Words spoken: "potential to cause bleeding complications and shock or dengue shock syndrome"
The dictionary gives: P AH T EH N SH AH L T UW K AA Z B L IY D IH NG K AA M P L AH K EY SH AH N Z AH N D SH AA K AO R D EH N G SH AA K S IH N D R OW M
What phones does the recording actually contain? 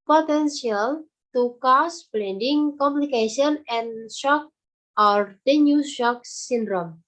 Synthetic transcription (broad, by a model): P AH T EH N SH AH L T UW K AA S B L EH D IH NG K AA M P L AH K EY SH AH N AH N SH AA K AO R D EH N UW SH AA K S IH N D R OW M